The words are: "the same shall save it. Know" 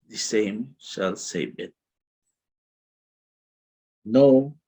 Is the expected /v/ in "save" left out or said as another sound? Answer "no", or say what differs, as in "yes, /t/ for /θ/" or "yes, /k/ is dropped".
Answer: yes, /b/ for /v/